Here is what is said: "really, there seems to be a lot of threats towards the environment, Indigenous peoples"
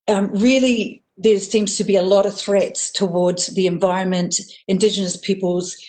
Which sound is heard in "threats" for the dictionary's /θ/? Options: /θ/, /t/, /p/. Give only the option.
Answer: /θ/